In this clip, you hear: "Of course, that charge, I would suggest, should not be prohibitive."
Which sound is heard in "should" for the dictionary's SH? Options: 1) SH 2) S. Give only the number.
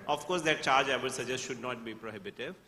1